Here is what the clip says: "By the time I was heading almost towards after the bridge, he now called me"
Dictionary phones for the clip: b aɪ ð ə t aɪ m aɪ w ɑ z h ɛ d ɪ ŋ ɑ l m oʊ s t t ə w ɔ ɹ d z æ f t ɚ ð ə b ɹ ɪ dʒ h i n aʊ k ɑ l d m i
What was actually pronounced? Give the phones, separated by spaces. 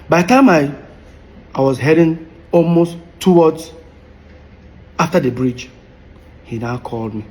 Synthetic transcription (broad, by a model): b aɪ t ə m aɪ aɪ w ɑ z h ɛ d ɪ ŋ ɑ l m oʊ s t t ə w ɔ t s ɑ f t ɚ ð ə b ɹ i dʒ h i n aʊ k ɑ l d m i